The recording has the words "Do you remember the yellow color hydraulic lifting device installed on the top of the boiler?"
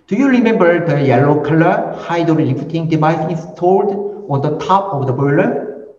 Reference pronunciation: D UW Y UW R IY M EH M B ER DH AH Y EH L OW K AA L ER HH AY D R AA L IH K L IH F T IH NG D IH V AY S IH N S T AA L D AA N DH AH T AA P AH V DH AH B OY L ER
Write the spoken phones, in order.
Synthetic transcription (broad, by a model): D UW Y UW R IY M EH M B ER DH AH Y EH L OW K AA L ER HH AY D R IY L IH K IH T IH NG D IH V AY S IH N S T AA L D AA N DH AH T AA P AH V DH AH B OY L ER